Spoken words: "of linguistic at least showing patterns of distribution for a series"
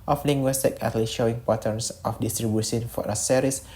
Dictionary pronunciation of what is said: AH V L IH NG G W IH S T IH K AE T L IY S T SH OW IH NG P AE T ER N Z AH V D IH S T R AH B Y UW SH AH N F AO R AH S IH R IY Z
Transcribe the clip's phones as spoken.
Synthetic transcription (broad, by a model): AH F L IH NG G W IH S T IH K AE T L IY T SH OW IH NG P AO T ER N S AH F D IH S T R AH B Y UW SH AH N F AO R AH S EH R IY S